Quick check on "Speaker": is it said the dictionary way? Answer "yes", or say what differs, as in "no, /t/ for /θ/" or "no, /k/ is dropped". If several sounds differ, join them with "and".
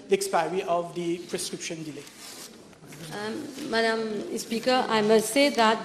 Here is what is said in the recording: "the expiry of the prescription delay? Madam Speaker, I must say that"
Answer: yes